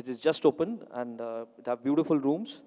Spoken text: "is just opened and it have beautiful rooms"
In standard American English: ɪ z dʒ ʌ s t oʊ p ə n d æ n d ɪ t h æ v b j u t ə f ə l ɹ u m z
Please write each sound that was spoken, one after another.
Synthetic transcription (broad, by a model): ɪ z dʒ ʌ s t oʊ p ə n æ n d ɪ t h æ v b j u t ə f ə l ɹ u m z